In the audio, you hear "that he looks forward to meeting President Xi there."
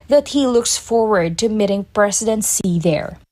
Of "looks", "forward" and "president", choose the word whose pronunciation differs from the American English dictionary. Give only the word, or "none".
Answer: president